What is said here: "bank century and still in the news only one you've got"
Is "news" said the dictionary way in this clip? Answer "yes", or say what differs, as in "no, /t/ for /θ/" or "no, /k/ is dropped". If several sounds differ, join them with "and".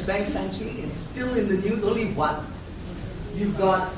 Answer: yes